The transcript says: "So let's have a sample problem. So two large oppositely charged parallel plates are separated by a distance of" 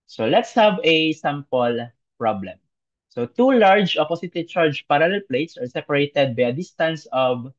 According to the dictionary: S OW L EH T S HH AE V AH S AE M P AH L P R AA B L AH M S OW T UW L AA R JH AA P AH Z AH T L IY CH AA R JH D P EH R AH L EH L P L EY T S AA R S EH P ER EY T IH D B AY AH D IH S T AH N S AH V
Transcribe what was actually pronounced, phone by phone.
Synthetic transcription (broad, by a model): S OW L EH T S HH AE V AH S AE M P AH L P R AA B L AH M S OW T UW L AA R JH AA P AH S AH T IY CH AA R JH P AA R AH L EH L P L EY T S AA R S EH P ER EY T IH D B AY AH D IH S T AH N S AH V